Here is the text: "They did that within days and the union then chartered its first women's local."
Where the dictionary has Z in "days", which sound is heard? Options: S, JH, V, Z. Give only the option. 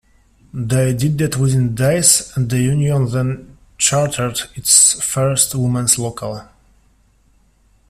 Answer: S